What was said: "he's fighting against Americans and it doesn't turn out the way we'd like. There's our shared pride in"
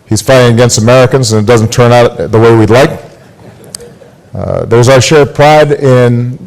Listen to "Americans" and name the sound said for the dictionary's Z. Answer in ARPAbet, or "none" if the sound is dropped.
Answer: Z